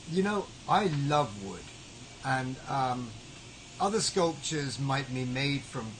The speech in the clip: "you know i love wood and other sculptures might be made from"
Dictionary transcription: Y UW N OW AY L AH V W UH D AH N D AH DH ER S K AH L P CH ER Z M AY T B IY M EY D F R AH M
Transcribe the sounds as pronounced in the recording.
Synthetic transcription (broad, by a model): Y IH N OW AY L AH V W UH D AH N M AH DH ER S K AH L P CH ER Z M AY T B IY M EY D F R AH M